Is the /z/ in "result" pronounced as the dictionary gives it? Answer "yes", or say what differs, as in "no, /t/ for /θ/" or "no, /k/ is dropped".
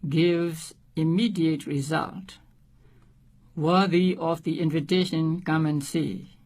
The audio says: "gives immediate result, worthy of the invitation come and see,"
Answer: yes